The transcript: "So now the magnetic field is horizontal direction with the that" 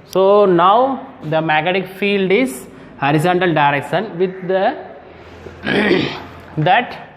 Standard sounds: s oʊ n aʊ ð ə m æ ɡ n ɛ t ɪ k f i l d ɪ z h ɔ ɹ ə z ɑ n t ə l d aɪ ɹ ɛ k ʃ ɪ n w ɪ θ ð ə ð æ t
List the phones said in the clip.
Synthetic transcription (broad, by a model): s oʊ n aʊ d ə m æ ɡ ɛ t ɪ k f i l d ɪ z h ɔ ɹ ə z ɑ n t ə l d aɪ ɹ ɛ k ʃ ɪ n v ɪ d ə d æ t